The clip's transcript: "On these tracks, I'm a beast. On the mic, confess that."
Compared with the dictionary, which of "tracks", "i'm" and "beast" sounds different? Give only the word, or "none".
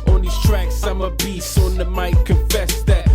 beast